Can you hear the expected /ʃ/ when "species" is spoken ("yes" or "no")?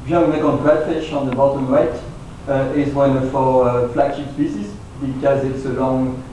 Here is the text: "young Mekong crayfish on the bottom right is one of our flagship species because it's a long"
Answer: no